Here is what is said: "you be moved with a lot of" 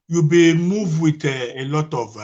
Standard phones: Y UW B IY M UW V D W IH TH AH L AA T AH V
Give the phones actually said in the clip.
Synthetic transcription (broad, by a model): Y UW B IY M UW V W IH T AH L AA T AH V